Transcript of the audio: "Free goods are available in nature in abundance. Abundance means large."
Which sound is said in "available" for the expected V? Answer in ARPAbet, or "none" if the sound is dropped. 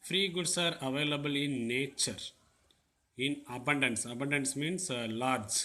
V